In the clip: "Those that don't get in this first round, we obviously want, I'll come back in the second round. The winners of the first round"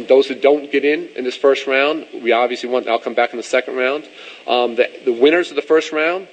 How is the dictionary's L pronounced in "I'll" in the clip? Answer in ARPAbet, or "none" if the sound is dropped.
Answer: L